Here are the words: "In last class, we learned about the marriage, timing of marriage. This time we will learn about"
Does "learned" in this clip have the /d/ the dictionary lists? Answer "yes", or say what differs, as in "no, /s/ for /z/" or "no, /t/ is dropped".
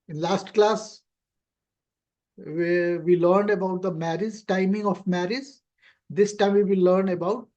yes